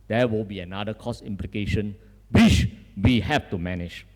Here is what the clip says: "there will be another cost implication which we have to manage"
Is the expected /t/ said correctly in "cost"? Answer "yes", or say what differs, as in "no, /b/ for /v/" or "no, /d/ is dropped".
no, /t/ is dropped